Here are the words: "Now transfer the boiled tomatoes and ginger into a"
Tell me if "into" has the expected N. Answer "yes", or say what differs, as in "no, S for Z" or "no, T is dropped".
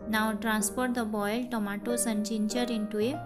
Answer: yes